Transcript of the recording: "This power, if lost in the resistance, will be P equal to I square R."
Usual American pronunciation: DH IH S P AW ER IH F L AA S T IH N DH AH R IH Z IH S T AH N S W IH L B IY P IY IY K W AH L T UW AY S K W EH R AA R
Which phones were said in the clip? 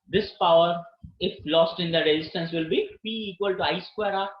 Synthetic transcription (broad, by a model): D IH S P AW ER IH F L AA S T IH N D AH R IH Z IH S T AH N S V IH L B IY B IY IY K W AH L T UW AY S K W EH R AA